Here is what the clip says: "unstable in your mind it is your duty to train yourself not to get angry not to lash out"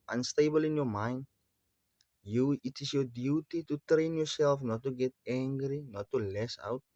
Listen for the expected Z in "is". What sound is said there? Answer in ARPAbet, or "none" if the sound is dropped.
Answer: S